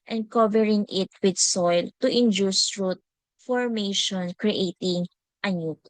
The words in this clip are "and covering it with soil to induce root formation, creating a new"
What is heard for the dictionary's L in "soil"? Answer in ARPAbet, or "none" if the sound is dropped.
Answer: L